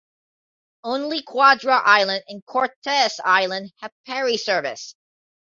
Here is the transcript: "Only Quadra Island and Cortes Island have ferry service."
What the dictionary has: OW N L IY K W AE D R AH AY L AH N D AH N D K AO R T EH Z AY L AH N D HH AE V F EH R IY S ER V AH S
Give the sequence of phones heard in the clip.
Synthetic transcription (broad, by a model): OW N L IY K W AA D R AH AY L AH N D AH N K AO R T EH S AY L AH N D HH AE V P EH R IY S ER V AH S